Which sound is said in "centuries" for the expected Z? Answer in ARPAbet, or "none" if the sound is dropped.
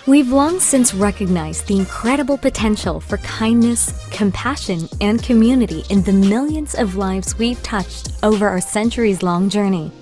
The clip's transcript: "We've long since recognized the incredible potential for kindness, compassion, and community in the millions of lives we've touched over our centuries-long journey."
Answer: Z